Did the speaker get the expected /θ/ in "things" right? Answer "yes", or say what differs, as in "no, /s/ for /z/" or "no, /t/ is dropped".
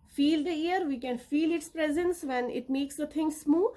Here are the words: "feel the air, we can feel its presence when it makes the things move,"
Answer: no, /t/ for /θ/